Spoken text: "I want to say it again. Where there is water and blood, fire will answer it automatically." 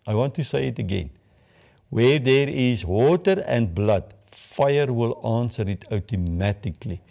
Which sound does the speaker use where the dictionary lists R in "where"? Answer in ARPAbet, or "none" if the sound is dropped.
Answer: R